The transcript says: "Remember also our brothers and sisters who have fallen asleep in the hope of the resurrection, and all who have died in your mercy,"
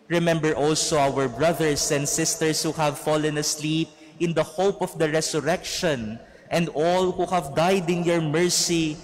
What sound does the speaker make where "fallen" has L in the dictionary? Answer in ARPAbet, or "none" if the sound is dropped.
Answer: L